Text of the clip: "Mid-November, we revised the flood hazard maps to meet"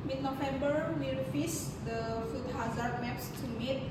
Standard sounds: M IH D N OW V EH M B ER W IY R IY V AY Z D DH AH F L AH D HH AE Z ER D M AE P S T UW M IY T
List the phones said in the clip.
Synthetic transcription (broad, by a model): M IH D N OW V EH M B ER W IY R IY F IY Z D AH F UW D HH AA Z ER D M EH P S T UW M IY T